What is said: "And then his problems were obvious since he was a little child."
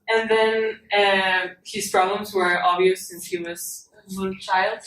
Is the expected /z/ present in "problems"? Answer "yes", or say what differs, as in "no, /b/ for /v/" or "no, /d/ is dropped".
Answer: yes